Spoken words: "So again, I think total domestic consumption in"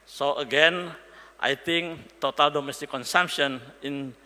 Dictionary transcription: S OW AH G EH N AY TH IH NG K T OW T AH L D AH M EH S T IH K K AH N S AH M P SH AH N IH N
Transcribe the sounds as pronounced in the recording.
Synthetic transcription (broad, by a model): S OW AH G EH N AY T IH NG K T OW T AH L D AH M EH S T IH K K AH N S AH M P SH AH N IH N